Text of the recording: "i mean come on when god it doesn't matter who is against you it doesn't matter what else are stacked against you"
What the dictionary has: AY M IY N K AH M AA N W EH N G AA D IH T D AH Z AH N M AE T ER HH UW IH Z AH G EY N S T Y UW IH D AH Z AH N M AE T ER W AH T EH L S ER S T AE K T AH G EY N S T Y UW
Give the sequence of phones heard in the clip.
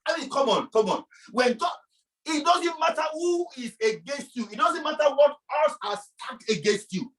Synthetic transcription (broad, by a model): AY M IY N K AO M AA N W EH N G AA IH T D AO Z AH N M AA T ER HH UW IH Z AH G EY N S T Y UW IH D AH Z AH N M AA T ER W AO T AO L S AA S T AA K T AH G EY N S T Y UW